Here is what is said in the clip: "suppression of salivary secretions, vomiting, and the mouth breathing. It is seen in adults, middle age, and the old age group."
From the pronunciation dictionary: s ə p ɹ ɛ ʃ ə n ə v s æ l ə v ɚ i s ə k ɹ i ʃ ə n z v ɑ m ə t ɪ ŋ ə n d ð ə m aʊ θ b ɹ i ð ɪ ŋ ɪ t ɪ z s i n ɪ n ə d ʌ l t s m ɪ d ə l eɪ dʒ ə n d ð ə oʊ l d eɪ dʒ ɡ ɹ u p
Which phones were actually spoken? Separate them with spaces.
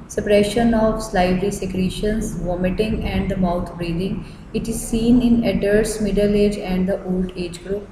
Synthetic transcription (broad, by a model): s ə p ɹ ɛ ʃ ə n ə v s l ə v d i s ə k ɹ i ʃ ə n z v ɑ m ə t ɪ ŋ ə n d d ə m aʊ t b ɹ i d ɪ ŋ ɪ t ɪ z s i n ɪ n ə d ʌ t s m ɪ d ə l eɪ dʒ ə n d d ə oʊ l d eɪ dʒ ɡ ɹ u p